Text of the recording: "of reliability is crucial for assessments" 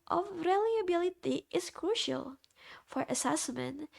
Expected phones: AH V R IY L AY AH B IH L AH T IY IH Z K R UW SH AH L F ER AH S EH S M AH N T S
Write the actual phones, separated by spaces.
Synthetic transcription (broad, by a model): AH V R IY L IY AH B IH L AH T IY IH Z K R UW SH AH L F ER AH S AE S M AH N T